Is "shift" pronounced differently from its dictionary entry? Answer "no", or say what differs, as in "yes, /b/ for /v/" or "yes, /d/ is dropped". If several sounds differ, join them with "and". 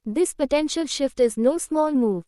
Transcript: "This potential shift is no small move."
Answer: no